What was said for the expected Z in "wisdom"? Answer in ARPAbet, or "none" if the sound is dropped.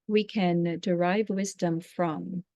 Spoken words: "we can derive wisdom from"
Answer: Z